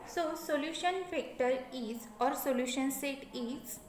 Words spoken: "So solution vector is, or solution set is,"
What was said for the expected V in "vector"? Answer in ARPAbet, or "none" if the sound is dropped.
F